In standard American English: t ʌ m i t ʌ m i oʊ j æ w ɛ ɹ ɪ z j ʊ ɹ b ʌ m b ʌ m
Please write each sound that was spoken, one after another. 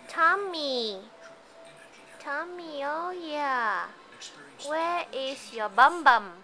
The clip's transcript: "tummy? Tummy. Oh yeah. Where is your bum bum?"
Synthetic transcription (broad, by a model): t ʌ m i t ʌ m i oʊ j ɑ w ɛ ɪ s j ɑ b ʌ m b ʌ m